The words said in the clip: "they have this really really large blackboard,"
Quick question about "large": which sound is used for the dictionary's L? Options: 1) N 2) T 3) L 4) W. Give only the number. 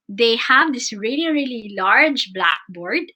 3